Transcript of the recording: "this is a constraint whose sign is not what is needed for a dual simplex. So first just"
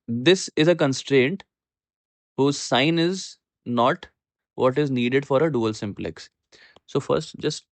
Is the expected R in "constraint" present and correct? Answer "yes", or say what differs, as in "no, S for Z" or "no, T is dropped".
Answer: yes